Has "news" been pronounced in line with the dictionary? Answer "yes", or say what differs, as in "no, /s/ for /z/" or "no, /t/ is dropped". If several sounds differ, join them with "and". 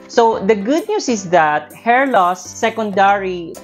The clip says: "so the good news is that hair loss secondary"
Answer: no, /s/ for /z/